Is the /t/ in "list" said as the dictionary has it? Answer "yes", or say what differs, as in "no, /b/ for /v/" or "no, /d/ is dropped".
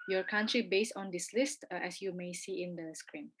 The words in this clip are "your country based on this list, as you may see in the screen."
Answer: yes